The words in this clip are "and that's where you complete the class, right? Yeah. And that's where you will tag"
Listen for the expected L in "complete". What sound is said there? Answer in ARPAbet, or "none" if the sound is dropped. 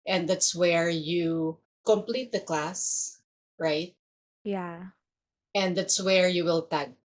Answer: L